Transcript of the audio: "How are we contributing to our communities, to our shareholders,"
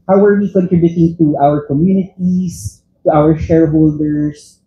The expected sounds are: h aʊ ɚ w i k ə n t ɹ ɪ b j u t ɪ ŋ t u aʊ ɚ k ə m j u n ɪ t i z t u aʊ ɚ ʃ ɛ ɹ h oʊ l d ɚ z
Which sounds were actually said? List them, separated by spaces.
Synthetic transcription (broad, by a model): h aʊ ɚ w i k ə n t ɹ ɪ b j u t ɪ ŋ t u aʊ ɚ k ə m j u n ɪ t i s t u aʊ ɚ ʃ ɛ ɹ h oʊ l d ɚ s